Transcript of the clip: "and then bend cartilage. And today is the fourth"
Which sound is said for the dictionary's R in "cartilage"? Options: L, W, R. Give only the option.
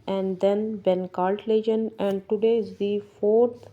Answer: L